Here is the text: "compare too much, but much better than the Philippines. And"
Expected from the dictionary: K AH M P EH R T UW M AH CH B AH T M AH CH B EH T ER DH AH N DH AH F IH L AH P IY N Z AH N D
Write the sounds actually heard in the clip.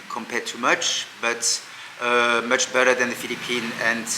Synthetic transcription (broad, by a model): K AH M P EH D T UW M AH CH B AH T M AH CH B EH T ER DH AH N DH AH F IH L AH P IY N AH N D